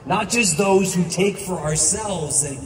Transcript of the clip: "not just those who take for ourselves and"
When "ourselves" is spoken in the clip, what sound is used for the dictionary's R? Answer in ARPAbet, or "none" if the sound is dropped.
R